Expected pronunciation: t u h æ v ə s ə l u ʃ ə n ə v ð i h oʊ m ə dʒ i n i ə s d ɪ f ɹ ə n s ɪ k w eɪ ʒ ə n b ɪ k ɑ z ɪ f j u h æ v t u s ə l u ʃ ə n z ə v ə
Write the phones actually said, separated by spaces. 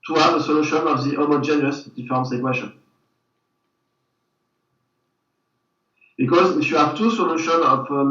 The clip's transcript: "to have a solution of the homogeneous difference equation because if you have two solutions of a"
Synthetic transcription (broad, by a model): t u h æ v ə s ə l u ʃ ə n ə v ð i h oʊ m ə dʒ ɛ n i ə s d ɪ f ə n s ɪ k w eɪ ʃ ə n b ɪ k ɑ z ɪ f j u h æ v t u s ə l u ʃ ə n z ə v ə